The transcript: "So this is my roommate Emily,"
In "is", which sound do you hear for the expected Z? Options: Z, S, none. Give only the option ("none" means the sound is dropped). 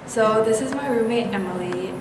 Z